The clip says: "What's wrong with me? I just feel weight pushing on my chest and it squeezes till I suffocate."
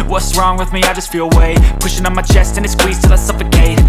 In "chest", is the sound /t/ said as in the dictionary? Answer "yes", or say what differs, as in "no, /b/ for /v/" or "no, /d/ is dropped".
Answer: yes